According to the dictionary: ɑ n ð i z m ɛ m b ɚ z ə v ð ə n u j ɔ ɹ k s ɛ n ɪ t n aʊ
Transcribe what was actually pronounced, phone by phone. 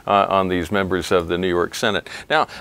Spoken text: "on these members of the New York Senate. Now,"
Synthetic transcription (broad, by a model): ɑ n ð i z m ɛ m b ɚ z ə v ð ə n u j ɔ ɹ k s ɛ n ɪ t n aʊ